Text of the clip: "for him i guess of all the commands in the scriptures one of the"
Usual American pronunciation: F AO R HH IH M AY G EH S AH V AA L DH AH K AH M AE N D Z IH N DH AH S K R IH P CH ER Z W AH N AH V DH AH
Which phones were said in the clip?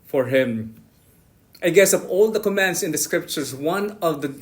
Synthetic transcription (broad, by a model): F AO R HH IH M AY G EH S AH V AA L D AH K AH M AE N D S IH N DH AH S K R IH P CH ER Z W AH N AH V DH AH